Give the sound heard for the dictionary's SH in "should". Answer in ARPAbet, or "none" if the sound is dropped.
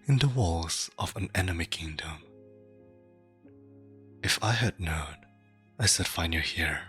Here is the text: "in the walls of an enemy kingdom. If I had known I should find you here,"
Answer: S